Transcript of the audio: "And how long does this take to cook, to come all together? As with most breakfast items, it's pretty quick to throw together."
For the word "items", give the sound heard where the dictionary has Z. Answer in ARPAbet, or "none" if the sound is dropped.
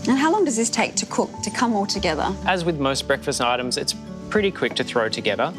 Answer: Z